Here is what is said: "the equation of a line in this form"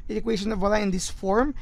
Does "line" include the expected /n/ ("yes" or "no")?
no